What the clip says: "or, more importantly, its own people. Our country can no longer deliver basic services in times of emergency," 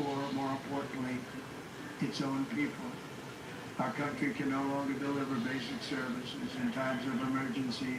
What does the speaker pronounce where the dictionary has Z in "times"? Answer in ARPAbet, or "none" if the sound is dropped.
Z